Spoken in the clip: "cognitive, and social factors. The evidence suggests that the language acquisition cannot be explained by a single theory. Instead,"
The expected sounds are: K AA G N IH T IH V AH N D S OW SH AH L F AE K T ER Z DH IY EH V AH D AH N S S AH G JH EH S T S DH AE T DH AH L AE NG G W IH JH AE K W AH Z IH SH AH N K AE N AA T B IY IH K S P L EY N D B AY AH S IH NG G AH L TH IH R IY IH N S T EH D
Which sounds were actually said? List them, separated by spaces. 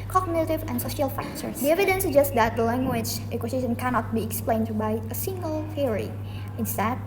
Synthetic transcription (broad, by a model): K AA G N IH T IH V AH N S OW SH AH L F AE K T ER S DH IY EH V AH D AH N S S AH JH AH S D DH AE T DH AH L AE NG G W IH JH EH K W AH S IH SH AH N K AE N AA T B IY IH K S P L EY N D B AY AH S IH NG G AH L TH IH R IY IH N S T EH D